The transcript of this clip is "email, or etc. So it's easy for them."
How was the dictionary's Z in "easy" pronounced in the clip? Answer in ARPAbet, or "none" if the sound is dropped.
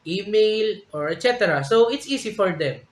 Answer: S